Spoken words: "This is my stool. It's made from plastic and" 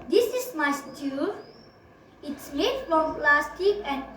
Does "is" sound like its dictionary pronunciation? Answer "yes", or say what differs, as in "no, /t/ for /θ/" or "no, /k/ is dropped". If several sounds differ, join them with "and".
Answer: no, /s/ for /z/